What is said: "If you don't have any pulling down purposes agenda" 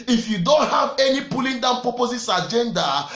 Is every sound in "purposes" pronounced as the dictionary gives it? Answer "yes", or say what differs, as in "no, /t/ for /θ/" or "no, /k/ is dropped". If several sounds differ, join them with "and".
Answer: no, /s/ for /z/